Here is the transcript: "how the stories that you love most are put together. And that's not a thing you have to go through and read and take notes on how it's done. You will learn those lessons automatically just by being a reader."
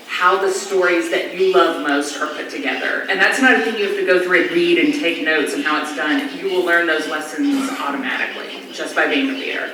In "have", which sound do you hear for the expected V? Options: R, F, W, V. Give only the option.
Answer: F